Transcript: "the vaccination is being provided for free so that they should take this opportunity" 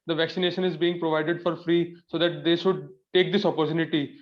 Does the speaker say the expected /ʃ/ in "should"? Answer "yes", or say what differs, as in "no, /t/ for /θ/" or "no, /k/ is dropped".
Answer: yes